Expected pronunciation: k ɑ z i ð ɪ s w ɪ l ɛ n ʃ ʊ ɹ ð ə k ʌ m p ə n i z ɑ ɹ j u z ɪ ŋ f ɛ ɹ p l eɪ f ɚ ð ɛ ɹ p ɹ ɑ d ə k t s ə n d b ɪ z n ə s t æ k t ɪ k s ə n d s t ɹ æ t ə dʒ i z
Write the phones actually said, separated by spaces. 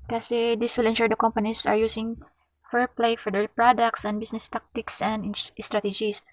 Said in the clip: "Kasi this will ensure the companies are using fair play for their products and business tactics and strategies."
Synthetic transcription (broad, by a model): k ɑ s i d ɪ s w ɪ l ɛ n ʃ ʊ ɹ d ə k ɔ m p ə n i s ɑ ɹ j u s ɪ ŋ f ɛ ɹ p l eɪ f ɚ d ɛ l p ɹ ɑ d ə k t s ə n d b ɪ s n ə s t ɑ k t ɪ k s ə n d s t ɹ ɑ t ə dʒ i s